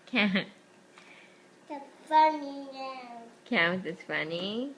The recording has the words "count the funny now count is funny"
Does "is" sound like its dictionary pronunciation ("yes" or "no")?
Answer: no